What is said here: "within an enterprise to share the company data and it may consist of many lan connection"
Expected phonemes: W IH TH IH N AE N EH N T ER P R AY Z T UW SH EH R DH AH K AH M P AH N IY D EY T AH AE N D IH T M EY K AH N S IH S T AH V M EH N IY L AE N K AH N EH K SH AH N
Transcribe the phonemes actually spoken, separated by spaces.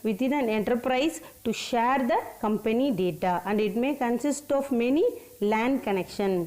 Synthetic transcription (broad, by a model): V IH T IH N AE N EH N T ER P R AY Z T UW SH EH R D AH K AH M P AH N IY D EY T AH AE N D IH T M EY K AH N S IH S T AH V M EH N IY L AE N K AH N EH K SH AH N